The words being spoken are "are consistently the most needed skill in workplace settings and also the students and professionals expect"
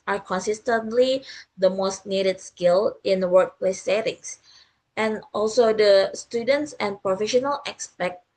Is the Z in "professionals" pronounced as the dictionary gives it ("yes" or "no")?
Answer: no